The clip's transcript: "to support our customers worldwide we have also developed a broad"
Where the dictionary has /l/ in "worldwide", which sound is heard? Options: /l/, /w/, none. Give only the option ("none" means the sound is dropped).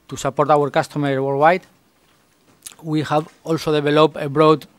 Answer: none